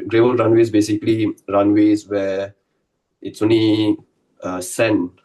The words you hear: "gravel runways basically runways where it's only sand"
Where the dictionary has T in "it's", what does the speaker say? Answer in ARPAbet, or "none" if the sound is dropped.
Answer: T